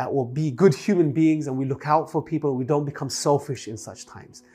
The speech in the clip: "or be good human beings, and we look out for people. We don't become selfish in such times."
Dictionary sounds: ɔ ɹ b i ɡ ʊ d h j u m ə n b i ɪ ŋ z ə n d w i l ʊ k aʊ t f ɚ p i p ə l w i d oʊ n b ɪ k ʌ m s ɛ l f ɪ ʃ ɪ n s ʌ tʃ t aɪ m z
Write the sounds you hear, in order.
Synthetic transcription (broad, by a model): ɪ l b i ɡ ʊ d h j u m ə n b i ɪ ŋ z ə n w i l ʊ k aʊ t f ɚ p i p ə n w i d oʊ n b ɪ k ʌ m s ɛ l f ɪ ʃ ɪ n s ʌ tʃ t aɪ m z